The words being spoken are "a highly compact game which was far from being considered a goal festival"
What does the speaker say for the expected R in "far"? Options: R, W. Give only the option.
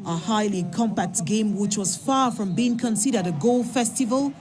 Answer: R